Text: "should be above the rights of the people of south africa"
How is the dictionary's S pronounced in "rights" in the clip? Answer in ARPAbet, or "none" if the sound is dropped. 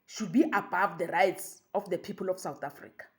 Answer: S